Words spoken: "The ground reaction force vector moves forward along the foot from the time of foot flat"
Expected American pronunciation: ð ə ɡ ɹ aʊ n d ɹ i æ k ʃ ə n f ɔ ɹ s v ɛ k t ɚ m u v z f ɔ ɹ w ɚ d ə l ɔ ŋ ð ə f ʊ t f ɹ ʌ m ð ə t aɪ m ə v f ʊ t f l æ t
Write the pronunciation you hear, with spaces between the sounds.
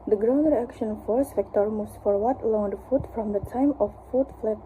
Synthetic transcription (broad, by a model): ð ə ɡ ɹ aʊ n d ɹ i æ k ʃ ə n f ɔ ɹ s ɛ k t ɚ m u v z f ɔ ɹ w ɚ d l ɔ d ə f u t f ɹ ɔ m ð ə t aɪ m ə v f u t f l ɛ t